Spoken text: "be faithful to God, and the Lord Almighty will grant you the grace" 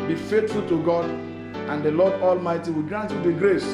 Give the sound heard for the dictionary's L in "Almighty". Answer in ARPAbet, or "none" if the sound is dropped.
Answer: L